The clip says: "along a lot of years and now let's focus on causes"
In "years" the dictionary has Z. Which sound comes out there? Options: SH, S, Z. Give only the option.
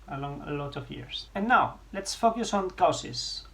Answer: S